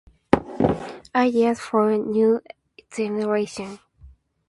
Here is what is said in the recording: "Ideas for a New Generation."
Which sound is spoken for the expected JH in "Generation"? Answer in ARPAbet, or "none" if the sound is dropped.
Z